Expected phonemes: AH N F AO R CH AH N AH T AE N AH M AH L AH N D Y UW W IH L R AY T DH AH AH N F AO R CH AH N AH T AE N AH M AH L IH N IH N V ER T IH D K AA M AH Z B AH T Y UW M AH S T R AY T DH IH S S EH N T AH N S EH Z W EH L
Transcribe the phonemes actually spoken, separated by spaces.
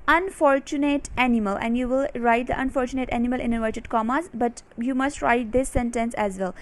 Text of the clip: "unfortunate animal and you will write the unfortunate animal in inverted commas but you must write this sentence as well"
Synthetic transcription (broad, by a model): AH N F AO R CH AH N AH T AE N AH M AH L AH N D Y UW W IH L R AY T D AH AH N F AO R CH AH N AH T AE N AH M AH L IH N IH V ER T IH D K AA M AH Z B AH T Y UW M AH S T R AY T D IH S S EH N T AH N S EH Z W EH L